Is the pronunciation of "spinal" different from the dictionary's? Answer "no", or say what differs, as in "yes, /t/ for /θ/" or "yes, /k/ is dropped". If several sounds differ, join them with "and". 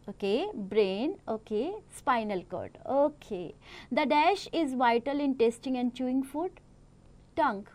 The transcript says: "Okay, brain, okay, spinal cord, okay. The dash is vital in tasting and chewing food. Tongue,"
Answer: no